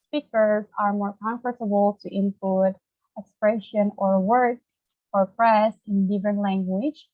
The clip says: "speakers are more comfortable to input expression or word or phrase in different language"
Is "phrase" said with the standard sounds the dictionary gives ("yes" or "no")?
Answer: no